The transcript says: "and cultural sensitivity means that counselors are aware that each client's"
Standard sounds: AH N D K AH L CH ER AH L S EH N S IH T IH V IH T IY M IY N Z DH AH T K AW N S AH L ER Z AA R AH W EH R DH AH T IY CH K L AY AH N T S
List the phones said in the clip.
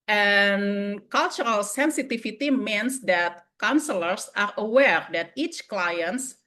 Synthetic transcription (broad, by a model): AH N K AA L CH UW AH L S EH N S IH T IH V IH T IY M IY N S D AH T K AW N S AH L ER S AA R AH W EH R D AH T IY CH K L AY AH N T S